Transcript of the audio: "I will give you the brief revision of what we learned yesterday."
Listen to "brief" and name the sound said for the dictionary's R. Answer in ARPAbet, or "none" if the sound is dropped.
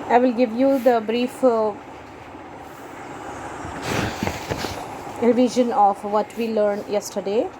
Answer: R